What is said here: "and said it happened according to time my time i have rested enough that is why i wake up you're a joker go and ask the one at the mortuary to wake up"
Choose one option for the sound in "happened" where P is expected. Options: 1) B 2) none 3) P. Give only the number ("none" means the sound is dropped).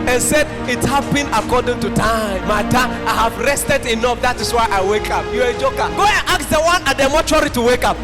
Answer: 1